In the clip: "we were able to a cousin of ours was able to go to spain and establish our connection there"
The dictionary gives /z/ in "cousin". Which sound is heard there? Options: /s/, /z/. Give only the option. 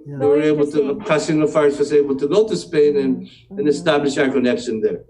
/s/